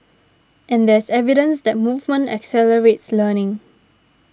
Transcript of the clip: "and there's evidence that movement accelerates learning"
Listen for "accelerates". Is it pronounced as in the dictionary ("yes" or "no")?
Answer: yes